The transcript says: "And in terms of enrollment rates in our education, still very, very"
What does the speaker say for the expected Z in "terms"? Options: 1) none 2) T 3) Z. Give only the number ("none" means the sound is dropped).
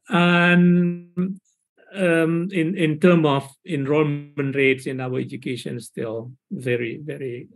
1